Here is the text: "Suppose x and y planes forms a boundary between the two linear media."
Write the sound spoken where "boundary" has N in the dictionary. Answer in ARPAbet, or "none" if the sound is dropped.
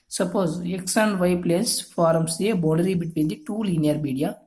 none